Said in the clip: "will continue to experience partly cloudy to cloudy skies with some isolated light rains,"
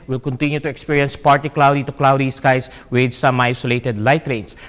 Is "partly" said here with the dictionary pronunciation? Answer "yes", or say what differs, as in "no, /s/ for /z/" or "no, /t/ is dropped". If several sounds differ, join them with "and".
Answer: no, /l/ is dropped